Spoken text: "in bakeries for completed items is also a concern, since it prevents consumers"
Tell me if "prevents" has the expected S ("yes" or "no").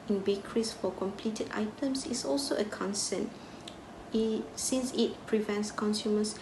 yes